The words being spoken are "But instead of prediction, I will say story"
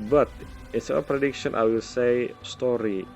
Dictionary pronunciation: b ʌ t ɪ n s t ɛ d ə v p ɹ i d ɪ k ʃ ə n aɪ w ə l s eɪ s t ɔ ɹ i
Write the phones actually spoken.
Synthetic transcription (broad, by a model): b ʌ t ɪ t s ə p ɹ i d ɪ k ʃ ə n aɪ w ə l s eɪ s t ɔ ɹ i